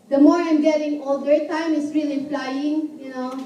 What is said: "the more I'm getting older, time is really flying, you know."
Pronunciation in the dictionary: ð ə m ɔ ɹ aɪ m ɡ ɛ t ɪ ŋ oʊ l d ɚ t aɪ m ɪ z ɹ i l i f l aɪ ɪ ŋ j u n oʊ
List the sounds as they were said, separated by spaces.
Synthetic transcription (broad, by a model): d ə m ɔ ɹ aɪ m ɡ ɛ t ɪ ŋ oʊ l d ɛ t aɪ m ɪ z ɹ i l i p l aɪ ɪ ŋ j u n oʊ